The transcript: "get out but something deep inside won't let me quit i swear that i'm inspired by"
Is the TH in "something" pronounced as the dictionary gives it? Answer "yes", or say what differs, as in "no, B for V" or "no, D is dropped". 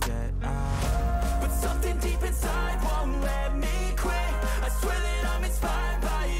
yes